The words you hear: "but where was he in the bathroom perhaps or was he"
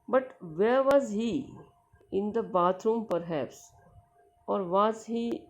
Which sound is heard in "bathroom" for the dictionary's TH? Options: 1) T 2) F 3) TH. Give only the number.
1